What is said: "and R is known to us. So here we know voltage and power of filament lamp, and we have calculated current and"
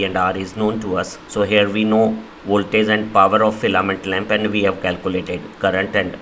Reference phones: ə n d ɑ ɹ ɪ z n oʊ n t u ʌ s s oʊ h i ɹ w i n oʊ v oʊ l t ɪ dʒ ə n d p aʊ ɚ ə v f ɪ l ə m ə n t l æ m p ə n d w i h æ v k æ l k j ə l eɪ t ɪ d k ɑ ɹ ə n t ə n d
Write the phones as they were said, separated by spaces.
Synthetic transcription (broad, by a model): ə n d ɑ ɹ ɪ z n oʊ n t u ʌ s s oʊ h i ɹ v i n oʊ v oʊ l t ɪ z ə n d p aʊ ɚ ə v f ɪ l ə m ə n t l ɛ m p ə n d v i h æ v k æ l k j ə l eɪ t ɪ d k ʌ ɹ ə n t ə n d